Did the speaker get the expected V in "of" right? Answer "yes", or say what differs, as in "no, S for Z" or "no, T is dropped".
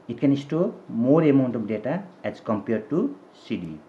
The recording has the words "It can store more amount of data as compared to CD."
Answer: no, B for V